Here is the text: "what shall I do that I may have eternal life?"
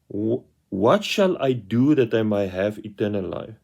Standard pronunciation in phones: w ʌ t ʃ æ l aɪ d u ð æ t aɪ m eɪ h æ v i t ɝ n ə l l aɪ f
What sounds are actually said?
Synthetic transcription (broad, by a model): w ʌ t ʃ æ l aɪ d u ð æ t aɪ m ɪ h æ v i t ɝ n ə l l aɪ f